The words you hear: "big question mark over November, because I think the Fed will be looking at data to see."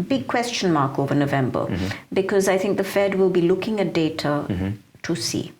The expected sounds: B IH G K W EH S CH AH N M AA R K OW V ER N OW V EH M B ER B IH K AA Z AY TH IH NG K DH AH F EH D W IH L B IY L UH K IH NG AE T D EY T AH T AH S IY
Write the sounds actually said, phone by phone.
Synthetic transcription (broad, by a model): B IH G K W EH S CH AH N M AA R K OW V ER N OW V EH M B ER B IH K AA Z AY TH IH NG K DH AH F EH D W IH L B IY L UH K IH NG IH T D EY T AH T AH S IY